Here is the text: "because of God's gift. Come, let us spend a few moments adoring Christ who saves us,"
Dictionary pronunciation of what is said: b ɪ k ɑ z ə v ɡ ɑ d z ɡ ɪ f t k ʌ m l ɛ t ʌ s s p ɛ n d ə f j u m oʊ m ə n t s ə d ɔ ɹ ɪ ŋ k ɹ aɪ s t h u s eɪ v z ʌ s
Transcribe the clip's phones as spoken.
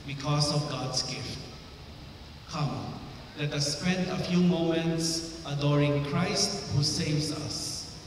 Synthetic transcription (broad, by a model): b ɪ k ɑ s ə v ɡ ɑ d s ɡ ɪ f t k ʌ m l ɛ t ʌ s s p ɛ n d ə f j u m oʊ m ə n t s ə d ɔ ɹ ɪ ŋ k ɹ aɪ s t h u s eɪ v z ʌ s